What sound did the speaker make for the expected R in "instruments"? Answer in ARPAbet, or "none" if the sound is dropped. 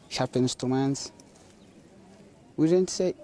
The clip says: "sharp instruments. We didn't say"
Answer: none